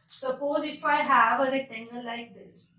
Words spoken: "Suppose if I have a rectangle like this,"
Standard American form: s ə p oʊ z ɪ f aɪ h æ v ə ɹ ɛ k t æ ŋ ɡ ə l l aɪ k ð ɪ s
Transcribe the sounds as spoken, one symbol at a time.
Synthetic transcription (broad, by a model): s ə p oʊ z ɪ f aɪ h æ v ə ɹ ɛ t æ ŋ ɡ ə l l aɪ k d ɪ s